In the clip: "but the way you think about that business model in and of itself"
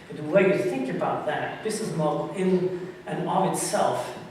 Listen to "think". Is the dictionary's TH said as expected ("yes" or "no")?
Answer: yes